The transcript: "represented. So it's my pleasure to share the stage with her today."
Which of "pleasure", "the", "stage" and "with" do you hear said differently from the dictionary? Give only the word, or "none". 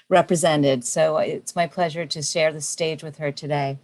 none